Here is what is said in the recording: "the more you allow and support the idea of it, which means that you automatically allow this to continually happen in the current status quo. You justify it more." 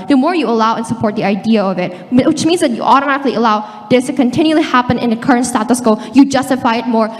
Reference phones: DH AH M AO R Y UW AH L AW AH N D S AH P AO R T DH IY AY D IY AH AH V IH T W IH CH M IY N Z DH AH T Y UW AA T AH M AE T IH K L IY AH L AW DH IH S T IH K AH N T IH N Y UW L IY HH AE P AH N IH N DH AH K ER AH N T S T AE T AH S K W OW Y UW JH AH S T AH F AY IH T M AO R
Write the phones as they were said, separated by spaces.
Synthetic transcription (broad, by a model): DH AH M AO R Y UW AH L AW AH N S AH P AO R T DH IY AY D IY AH AH V IH T W IH CH M IY N Z DH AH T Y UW AA T AH M AE T IH K L IY AH L AW DH IH S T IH K AH N T IH N Y UW L IY HH AE P AH N IH N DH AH K ER AH N T S T AE T AH S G OW Y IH JH AH S T AH F AY IH T M AO R